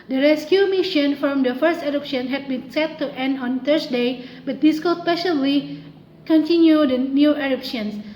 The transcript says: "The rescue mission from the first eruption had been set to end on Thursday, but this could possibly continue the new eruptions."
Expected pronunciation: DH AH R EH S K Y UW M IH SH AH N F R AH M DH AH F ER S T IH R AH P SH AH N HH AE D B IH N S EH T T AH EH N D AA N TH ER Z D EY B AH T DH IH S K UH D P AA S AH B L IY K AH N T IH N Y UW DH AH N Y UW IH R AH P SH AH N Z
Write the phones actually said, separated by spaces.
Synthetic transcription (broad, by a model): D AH R EH S K Y UW M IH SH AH N F R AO M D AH F ER S T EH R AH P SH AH N HH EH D B IH N S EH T T EH N D AA N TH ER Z D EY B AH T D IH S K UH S P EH SH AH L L IY K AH N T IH N Y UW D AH N Y UW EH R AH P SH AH N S